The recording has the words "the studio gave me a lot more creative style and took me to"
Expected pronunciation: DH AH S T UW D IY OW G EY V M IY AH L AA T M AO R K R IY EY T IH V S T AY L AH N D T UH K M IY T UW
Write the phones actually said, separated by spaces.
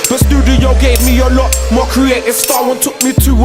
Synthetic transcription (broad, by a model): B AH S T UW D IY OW G EY V M IY AH L AA T M AO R K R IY EY T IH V S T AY W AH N T UH K M IY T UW